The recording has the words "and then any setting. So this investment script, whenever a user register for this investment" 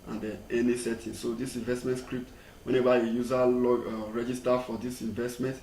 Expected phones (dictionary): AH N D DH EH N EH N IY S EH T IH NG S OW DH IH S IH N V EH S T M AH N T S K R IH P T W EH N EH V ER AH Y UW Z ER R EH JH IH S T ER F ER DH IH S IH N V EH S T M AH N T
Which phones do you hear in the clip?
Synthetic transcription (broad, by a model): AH N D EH EH N IY S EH T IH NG S OW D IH S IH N V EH S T M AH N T S K R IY P T W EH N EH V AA AH Y UW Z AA R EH JH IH S T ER F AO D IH S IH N V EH S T M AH N T